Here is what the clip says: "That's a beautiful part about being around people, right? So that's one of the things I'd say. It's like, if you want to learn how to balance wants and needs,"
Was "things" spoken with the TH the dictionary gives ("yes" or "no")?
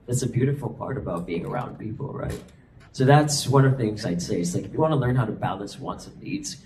yes